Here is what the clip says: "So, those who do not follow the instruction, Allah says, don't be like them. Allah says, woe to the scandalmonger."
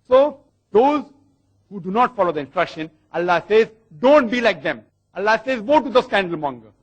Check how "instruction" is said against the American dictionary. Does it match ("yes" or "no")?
yes